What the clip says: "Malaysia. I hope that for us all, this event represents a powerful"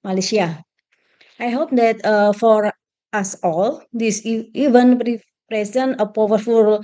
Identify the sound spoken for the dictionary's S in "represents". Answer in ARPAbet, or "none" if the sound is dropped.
none